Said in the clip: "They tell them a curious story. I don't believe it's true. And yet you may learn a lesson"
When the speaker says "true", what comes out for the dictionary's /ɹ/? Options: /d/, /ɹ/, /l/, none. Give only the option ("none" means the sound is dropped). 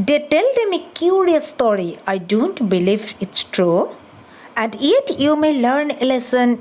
/ɹ/